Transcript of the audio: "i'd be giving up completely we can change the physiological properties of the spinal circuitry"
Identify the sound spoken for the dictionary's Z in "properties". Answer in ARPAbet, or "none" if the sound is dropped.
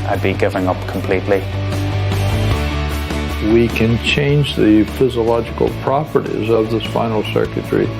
Z